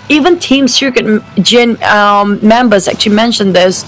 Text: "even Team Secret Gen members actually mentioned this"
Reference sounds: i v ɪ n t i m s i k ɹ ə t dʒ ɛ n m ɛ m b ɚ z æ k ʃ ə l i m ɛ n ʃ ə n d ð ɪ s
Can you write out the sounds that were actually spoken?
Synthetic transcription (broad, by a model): i v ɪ n t i m s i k ə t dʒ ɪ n m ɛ m b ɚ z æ k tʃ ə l i m ɛ n ʃ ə n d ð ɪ s